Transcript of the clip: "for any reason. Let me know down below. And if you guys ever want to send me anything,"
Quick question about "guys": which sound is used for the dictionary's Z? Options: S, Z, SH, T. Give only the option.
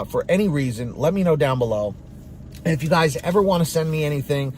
Z